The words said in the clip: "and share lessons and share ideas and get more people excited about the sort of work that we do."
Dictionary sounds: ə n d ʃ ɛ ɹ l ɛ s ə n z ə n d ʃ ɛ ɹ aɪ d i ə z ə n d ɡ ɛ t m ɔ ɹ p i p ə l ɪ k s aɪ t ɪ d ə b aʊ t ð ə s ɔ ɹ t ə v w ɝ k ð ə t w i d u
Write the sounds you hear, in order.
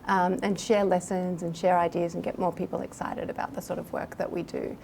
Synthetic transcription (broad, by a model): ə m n ʃ ɛ ɹ l ɛ s ə n z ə n ʃ ɛ ɹ aɪ d i ə z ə n ɡ ɛ t m ɔ ɹ p i p l ɪ k s aɪ t ɪ d ə b aʊ t ð ə s ɔ ɹ t ə v w ɝ k ð ə t w i d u